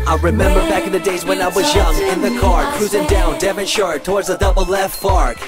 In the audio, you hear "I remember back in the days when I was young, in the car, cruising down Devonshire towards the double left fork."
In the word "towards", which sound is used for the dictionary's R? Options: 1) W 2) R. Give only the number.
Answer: 2